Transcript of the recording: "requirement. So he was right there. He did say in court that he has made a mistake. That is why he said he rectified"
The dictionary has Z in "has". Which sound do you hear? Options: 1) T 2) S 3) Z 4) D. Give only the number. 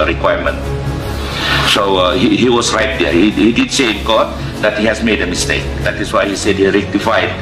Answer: 2